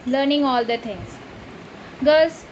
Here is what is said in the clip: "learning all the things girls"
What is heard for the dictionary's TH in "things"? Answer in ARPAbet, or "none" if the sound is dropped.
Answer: T